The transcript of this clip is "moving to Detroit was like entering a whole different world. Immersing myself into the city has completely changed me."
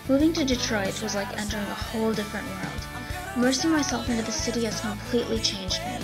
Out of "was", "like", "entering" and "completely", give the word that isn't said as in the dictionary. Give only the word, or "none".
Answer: none